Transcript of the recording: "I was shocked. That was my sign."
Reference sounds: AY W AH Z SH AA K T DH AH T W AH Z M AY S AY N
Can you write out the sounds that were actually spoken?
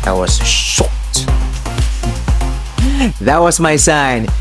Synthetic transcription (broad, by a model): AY W AH Z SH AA T DH AH T W AH Z M AY S AY N